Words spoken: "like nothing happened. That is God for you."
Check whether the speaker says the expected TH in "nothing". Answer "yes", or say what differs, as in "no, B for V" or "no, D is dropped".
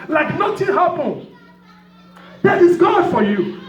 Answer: no, T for TH